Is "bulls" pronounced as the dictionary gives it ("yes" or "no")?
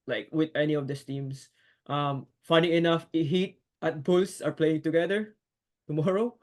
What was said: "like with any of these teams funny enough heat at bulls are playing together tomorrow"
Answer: no